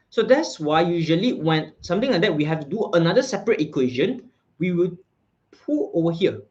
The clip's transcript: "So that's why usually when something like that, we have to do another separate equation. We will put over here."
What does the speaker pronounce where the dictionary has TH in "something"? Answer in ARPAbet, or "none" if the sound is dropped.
T